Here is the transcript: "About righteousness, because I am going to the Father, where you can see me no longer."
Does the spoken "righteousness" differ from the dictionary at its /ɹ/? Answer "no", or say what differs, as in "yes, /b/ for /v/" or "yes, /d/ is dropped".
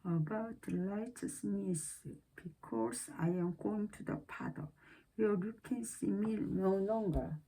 yes, /l/ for /ɹ/